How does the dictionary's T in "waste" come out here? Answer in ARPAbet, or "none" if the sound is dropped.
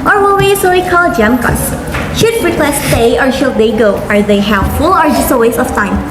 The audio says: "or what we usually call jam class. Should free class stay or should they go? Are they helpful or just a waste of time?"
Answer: none